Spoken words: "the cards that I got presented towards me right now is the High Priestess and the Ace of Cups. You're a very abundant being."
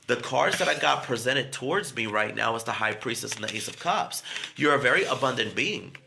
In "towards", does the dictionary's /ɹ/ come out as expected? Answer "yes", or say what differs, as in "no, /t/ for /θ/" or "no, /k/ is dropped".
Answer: yes